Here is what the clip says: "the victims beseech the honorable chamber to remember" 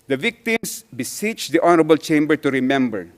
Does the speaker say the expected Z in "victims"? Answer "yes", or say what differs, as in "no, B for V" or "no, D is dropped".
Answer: no, S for Z